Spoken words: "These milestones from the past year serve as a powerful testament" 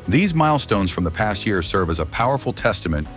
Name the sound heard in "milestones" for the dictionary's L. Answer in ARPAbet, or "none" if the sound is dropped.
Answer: L